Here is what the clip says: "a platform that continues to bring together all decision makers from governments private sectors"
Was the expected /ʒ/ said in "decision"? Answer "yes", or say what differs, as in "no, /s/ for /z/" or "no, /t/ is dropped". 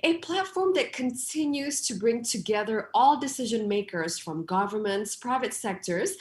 yes